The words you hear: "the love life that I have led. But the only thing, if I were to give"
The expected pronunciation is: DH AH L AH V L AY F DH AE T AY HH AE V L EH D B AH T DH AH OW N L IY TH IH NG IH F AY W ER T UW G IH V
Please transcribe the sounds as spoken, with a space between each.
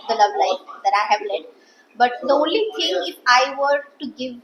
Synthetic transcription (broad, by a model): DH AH L AH V L AY F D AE T AY HH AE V L EH D B AH T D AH OW N L IY T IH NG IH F AY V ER T UW G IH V